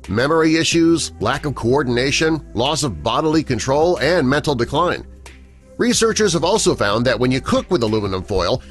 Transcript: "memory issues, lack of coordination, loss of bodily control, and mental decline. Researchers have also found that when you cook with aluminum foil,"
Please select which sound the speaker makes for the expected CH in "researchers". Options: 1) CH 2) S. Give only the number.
1